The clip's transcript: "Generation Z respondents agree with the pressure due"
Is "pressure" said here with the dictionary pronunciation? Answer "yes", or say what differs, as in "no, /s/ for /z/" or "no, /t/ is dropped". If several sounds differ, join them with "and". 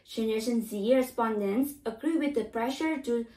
yes